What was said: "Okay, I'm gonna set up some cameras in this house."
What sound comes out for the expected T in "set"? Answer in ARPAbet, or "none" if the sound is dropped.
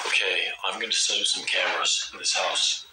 none